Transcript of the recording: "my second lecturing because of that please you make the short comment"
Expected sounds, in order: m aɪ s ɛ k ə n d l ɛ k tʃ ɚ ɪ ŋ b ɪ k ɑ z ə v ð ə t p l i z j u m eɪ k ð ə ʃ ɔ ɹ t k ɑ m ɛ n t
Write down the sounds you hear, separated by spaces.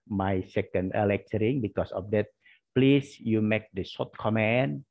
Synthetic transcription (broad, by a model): m aɪ s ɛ k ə n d l ɛ k tʃ ɚ ɪ ŋ b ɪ k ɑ s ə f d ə t p l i s j u m eɪ k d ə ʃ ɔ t k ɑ m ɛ n